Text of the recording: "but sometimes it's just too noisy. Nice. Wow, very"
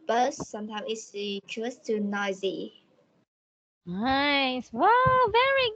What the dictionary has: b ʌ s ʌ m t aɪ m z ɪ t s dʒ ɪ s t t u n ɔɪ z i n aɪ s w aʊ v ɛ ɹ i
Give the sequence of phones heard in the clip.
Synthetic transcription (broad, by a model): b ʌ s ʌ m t aɪ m ɪ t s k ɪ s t t u n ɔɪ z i n aɪ s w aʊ v ɛ ɹ i